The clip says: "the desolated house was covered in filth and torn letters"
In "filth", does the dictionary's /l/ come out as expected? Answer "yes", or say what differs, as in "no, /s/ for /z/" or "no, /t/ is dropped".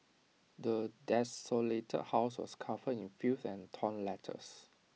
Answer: no, /l/ is dropped